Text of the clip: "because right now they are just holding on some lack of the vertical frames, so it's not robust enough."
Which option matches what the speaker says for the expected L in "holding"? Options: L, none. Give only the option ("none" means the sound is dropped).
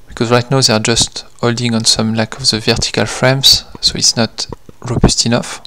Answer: L